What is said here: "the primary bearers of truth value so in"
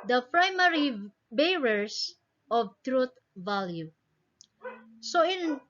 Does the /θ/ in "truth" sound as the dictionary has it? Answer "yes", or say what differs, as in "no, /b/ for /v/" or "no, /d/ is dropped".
no, /t/ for /θ/